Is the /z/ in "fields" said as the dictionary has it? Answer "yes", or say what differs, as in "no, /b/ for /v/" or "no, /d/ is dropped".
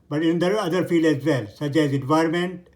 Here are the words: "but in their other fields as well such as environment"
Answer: no, /z/ is dropped